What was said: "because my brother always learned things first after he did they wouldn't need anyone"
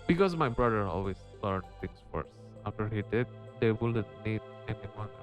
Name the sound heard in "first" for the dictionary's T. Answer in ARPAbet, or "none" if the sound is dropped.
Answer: none